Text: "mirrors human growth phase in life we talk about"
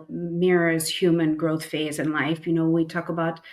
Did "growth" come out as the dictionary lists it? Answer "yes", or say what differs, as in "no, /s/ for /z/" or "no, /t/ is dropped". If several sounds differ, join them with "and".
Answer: yes